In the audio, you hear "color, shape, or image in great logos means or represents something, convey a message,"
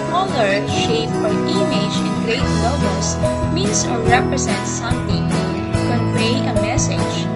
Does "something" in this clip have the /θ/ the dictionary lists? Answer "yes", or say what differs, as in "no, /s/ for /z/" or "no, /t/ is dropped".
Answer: no, /t/ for /θ/